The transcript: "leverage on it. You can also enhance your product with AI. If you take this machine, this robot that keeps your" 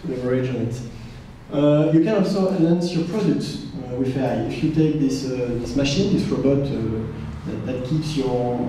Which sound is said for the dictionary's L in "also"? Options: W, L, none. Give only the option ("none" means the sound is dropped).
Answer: L